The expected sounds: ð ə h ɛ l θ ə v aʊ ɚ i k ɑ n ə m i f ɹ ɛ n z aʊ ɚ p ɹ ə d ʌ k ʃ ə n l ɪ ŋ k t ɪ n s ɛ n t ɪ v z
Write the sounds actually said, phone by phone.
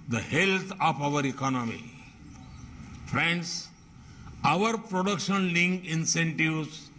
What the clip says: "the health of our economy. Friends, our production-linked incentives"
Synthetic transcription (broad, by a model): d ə h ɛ l t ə p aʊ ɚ i k ɑ n ə m i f ɹ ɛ n s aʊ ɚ p ɹ ə d ʌ k ʃ ə n l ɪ ŋ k ɪ n s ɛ n t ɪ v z